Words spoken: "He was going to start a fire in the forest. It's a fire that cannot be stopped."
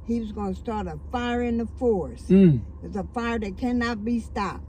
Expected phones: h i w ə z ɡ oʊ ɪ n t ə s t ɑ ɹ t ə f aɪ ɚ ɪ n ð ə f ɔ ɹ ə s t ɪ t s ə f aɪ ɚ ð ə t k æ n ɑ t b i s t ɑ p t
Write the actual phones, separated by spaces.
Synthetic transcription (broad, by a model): h i w ə z ɡ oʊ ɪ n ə s t ɑ ɹ t ə f aɪ ɚ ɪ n ð ə f ɔ ɹ s ɪ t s ə f aɪ ɚ ð ə t k æ n ɑ t b i s t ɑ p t